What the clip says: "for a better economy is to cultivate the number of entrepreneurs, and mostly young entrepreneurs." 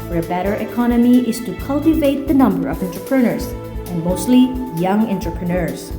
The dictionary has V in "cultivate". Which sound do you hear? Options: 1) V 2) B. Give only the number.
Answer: 1